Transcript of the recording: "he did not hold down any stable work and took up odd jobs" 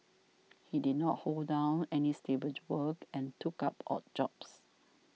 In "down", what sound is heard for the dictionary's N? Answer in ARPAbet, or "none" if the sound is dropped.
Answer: N